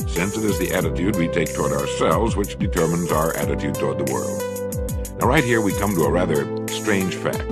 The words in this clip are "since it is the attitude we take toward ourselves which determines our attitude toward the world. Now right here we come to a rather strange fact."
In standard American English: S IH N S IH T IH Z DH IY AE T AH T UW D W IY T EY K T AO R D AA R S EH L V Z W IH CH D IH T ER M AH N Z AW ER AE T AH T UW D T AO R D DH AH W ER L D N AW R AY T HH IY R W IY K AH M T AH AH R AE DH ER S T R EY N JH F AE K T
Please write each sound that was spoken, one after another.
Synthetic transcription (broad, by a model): S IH N S IH T IH Z DH IY AE T AH T UW D W IY T EY K T AO R D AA R S EH L V Z W IH CH D IH T ER M AH N Z AW ER AE T AH T UW D T AO R D DH AH W ER L D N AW R AY T HH IY R W IY K AH M T AH AH R AE DH ER S T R EY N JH F AE K T